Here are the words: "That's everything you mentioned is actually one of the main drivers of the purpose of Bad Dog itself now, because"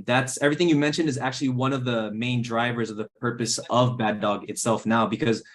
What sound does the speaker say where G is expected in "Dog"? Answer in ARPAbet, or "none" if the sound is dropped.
G